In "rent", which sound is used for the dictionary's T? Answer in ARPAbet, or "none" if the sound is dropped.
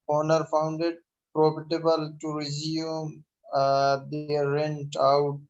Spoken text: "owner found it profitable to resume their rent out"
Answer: T